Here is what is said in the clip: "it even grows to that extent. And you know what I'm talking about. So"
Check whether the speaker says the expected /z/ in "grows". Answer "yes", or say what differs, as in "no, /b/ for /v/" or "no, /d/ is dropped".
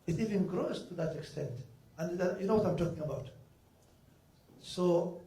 no, /s/ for /z/